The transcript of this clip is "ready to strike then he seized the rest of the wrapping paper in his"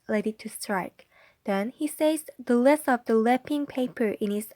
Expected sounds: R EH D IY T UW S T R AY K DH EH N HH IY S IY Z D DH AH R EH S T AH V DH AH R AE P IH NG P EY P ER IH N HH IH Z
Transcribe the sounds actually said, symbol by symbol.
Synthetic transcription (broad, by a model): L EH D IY T UW S T R AY K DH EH N HH IY S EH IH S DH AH L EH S AH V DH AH L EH P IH NG P EY P ER IH N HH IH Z